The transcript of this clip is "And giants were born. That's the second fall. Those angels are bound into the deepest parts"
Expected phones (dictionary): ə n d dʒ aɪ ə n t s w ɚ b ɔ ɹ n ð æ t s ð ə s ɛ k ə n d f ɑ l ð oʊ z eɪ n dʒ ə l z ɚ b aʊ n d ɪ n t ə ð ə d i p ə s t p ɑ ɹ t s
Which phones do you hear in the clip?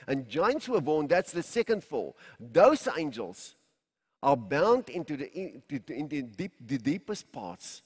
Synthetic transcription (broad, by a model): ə n dʒ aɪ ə n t s w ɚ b ɔ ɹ n ð æ t s ð ə s ɛ k ə n d f ɑ l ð oʊ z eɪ n dʒ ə l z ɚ b aʊ n d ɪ n t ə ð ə d i p ə s t p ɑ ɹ t s